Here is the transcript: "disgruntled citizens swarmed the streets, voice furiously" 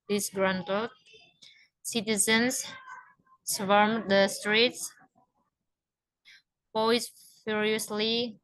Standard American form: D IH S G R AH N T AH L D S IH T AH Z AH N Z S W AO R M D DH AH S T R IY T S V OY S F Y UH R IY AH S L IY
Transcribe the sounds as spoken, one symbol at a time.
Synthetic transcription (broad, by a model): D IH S G R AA N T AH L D S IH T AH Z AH N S S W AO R M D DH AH S T R IY T S P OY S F Y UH R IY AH S L IY